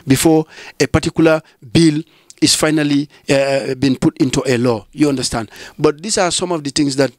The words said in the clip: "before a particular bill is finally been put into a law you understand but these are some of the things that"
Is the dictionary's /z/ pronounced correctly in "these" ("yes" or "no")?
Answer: no